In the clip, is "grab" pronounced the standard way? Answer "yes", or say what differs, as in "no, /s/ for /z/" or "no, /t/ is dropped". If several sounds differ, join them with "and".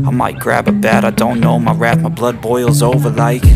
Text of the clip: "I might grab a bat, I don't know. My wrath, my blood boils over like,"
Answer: yes